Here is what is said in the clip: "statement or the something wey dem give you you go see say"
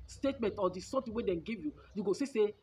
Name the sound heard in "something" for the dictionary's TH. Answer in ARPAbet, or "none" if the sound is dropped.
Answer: T